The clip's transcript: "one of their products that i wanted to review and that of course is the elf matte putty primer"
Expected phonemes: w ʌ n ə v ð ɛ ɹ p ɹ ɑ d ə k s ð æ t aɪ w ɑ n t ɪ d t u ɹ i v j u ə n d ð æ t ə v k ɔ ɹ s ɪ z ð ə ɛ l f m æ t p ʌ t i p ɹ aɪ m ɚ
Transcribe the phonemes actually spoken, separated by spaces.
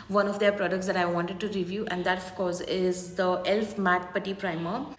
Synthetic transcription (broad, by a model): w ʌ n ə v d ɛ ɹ p ɹ ɑ d ə k s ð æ t aɪ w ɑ n t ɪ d t u ɹ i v j u ə n d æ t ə f k ɔ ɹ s ɪ z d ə ɛ l f m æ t p ʌ t i p ɹ aɪ m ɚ